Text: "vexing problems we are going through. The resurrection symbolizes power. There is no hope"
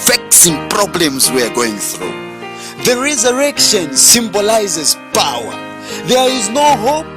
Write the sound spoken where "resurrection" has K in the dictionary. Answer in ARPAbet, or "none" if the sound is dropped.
K